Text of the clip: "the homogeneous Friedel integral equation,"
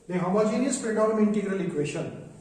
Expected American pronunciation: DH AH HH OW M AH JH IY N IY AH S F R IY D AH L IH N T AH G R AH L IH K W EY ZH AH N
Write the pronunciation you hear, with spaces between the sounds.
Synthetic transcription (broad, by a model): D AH HH OW M AH JH IY N IY AH S P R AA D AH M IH N T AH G R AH L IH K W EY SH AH N